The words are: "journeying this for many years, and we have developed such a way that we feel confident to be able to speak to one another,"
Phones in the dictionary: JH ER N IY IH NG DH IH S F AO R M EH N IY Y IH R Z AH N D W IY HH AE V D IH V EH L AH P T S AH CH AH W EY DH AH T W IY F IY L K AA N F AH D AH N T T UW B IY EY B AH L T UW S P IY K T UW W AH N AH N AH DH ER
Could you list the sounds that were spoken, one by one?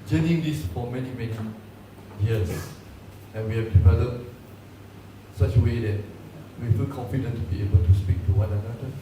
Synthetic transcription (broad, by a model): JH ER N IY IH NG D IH S F AO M M EH N IY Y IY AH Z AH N W IY HH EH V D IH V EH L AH T S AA CH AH W EY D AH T W IY F IY L K AA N F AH D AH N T T UW B IY EY B AH L T UW S P IY K T UW W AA N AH N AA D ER